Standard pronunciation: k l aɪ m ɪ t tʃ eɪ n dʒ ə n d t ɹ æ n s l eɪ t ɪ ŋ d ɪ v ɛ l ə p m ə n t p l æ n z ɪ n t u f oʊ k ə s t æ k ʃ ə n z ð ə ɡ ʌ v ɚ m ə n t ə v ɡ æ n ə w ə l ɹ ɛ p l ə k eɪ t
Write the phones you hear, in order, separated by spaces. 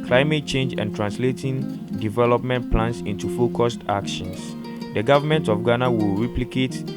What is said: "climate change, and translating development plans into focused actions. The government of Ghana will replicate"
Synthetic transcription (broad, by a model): k l aɪ m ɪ t tʃ eɪ n dʒ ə n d t ɹ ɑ n s l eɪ t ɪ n d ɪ v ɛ l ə p m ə n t p l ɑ n s ɪ n t u f oʊ k ə s t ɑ k ʃ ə n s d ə ɡ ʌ v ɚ m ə n t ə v ɡ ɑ n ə w ə l ɹ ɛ p l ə k eɪ t